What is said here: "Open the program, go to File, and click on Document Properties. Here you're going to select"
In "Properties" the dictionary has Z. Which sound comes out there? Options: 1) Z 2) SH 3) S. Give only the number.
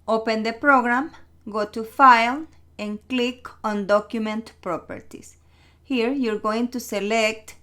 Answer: 3